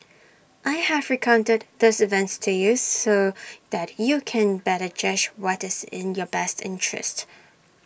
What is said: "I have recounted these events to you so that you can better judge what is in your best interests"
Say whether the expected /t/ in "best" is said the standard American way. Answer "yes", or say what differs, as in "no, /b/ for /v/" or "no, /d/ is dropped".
yes